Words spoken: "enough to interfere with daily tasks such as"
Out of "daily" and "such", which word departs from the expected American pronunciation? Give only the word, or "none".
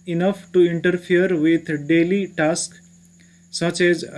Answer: none